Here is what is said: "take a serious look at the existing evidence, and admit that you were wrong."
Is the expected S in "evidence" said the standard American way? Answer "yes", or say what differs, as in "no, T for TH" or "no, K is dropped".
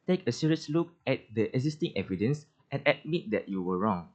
yes